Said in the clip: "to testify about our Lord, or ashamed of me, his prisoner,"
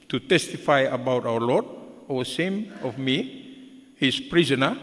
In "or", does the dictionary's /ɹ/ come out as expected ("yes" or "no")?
no